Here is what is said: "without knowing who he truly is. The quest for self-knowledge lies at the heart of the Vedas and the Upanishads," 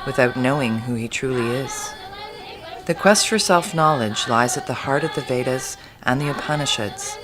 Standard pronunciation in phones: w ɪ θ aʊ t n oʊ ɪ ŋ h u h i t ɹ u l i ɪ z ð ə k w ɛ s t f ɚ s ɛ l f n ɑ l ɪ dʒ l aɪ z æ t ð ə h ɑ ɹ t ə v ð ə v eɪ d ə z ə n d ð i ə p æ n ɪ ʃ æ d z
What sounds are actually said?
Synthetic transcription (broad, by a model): w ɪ θ aʊ t n oʊ ɪ ŋ h u i t ɹ u l i ɪ z ð ə k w ɛ s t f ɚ s ɛ l f n ɑ l ɪ dʒ l aɪ z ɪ t ð ə h ɑ ɹ t ə v ð ə v eɪ d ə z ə n ð i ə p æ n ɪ ʃ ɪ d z